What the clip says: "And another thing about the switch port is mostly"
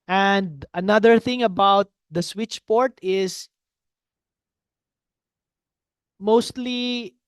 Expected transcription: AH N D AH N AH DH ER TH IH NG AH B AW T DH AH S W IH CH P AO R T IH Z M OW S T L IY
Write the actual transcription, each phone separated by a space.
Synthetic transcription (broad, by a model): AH N D AH N AH DH ER TH IH NG AH B AW T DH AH S W IH CH P AO R T IH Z M OW S T L IY